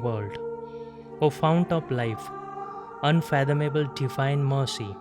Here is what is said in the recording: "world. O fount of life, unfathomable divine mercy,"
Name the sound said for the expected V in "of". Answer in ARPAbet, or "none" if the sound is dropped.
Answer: P